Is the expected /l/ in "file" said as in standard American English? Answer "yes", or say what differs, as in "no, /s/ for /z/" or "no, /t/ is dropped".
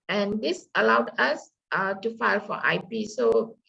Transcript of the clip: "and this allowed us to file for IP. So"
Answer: yes